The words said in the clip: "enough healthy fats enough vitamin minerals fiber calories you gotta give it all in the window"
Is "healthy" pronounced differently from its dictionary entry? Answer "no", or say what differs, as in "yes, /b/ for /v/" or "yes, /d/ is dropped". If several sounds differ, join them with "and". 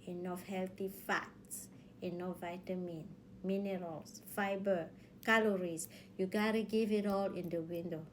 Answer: yes, /t/ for /θ/